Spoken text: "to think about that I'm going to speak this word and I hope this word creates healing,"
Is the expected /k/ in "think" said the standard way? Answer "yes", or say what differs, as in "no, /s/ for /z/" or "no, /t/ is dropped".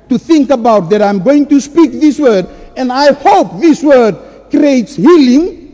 yes